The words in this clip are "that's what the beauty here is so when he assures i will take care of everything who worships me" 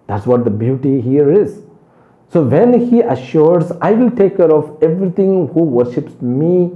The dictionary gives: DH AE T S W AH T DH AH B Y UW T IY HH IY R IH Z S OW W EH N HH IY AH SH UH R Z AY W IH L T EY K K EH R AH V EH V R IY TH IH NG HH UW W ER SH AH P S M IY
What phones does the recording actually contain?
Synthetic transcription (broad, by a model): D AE T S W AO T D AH B Y UW T IY HH IY R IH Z S OW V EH N HH IY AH SH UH R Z AY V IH L T EY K K EH R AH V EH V R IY T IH NG HH UW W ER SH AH P S M IY